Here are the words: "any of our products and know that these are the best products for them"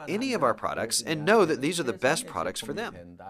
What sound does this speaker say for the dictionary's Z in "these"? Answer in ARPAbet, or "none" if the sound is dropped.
Z